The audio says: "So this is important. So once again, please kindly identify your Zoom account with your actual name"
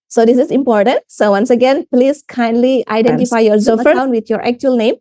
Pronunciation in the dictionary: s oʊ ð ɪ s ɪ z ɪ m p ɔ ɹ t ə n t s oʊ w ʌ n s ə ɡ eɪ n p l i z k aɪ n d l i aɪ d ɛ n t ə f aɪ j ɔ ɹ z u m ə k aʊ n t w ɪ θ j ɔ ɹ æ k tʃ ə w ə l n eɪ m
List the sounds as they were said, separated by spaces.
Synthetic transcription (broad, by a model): s oʊ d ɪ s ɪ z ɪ m p ɔ ɹ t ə n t s oʊ w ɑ n s ə ɡ eɪ n p l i s k aɪ n d l i aɪ d ɛ n t ə f aɪ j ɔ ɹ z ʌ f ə aʊ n w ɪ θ j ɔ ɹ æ k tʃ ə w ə l n eɪ m